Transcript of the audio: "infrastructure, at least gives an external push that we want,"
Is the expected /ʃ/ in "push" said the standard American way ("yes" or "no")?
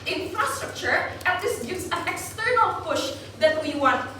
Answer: yes